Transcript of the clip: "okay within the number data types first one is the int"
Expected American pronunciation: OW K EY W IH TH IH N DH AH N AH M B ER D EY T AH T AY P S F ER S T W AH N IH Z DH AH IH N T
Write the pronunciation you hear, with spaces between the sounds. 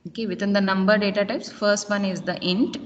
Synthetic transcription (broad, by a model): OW K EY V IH T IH N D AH N AH M B ER D EY T AH T AY P S F ER S T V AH N IH Z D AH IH N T